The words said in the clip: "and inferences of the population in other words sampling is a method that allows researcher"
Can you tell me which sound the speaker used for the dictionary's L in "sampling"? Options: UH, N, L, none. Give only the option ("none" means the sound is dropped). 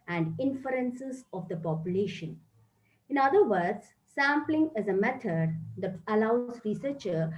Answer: L